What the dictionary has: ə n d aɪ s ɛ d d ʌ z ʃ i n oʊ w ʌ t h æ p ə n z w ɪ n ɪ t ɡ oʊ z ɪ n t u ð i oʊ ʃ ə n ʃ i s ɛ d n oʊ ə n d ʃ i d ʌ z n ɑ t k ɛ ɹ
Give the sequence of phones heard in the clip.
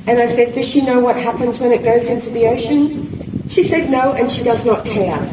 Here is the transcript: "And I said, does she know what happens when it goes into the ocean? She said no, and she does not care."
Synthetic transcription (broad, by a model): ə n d aɪ s ɛ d d ʌ z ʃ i n oʊ w ʌ t h æ p ə n z w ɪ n ɪ t ɡ oʊ z ɪ n t u ð i oʊ ʃ ə n ʃ i s ɛ d n oʊ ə n ʃ i d ʌ z n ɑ t k ɛ ɹ